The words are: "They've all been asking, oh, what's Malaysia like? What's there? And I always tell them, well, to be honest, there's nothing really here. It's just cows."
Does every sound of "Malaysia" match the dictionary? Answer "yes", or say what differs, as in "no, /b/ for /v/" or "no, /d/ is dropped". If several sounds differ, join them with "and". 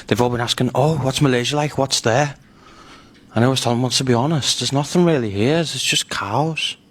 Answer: yes